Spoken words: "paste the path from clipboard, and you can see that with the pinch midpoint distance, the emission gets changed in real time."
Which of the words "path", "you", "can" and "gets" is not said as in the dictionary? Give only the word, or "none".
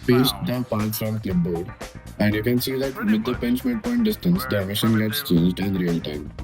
path